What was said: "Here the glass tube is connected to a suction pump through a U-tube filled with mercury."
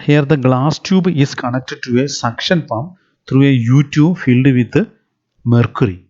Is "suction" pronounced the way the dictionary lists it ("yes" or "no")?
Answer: yes